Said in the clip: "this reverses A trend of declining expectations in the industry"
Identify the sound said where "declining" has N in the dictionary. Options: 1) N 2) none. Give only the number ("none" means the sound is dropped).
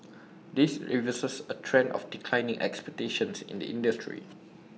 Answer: 1